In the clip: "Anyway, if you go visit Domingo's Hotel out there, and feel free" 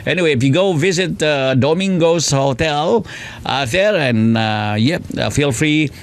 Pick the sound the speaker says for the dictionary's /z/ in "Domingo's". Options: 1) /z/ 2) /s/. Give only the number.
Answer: 2